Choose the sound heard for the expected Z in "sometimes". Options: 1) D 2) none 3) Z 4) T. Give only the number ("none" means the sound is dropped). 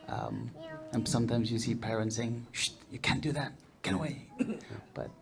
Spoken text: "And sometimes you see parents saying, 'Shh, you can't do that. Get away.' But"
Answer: 3